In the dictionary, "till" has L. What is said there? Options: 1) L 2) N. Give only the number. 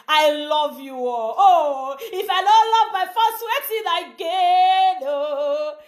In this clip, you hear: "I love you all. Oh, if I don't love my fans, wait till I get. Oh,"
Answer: 2